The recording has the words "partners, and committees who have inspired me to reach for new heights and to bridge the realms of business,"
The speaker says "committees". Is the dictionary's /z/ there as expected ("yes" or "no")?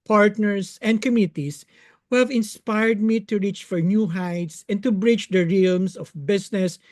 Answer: no